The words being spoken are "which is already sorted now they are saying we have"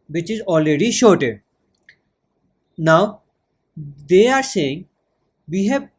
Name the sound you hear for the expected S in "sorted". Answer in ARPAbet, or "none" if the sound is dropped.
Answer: SH